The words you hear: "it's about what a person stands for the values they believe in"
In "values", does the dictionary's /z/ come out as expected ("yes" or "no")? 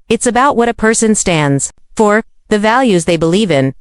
yes